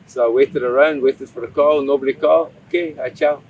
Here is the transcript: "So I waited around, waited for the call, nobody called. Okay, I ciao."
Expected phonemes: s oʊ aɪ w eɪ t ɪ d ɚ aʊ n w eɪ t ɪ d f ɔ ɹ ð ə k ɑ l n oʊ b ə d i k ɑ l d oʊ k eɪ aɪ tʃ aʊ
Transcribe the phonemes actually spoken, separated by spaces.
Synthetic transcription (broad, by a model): s oʊ aɪ w eɪ t ɪ d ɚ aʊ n w eɪ t ɪ d f ɔ ɹ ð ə k ɑ l n oʊ b ə d i k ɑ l oʊ k eɪ aɪ tʃ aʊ